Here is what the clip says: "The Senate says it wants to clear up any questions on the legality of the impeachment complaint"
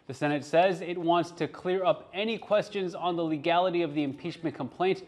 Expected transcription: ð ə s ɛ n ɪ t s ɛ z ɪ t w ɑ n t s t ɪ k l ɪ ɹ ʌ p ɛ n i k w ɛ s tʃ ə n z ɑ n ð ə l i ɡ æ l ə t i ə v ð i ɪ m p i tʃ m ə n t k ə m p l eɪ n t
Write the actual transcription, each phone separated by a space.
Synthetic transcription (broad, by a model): ð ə s ɛ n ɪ t s ɛ z ɪ t w ɑ n t s t ɪ k l ɪ ɹ ʌ p ɛ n i k w ɛ s tʃ ə n z n ð ə l i ɡ æ l ə t i ə v ð i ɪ m p i tʃ m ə n k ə m p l eɪ n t